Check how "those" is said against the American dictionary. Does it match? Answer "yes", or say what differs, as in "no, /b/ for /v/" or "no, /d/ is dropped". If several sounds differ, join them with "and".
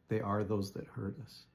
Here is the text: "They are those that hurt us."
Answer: yes